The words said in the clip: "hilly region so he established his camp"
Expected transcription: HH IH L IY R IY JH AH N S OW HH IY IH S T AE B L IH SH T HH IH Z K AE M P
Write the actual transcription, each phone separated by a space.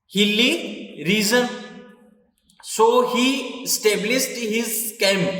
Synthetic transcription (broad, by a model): HH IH L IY R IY Z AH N S OW HH IY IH S T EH B L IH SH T HH IH Z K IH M